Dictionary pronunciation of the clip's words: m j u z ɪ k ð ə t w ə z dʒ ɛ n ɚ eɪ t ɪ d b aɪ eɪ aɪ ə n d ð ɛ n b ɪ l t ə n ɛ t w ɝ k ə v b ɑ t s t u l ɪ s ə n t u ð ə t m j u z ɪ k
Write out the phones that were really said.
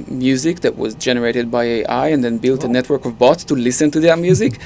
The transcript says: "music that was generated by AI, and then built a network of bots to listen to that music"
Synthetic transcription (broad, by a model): m j u z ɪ k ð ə t w ə z dʒ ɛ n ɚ eɪ t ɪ d b aɪ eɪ aɪ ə n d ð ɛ n b ɪ l t ə n ɛ t w ɝ k ə v b ɑ t s t u l ɪ s ə n t u ð ə t m j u z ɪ k